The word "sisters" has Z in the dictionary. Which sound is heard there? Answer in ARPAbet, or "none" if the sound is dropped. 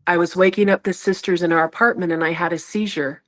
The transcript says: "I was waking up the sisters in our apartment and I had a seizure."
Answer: Z